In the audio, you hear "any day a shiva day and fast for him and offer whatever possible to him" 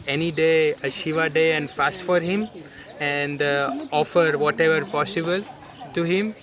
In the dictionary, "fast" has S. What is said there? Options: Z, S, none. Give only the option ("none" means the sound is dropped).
S